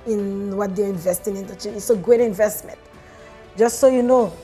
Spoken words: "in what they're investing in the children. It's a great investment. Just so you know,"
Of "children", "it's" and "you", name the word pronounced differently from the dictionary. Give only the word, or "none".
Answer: children